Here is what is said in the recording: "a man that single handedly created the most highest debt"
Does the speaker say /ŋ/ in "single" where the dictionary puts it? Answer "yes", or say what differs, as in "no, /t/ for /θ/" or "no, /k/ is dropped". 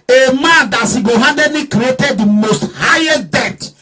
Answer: no, /ŋ/ is dropped